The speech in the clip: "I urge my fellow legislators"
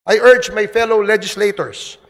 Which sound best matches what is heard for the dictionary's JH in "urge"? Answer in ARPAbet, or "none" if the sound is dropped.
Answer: JH